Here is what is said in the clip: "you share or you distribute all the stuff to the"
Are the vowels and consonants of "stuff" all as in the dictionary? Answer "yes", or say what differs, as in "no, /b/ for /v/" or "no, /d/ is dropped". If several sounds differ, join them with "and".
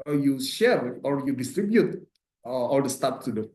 no, /p/ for /f/